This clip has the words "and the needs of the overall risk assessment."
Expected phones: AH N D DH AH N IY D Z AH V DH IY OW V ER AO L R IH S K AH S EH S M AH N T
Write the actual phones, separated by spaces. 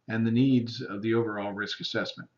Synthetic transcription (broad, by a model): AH N DH AH N IY D Z AH V DH IY OW V ER AO L R IH S K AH S EH S M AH N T